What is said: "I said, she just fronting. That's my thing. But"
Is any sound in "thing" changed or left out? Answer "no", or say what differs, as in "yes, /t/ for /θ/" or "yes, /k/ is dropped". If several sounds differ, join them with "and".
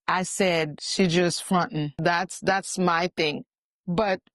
no